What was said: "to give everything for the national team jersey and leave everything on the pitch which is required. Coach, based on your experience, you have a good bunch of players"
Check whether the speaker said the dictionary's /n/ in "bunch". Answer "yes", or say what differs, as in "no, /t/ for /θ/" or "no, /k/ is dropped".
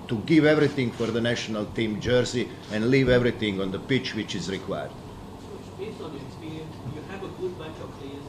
no, /n/ is dropped